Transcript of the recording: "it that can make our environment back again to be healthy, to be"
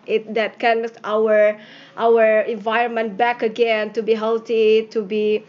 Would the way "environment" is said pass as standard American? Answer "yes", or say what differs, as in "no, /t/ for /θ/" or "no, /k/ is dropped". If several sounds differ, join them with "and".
yes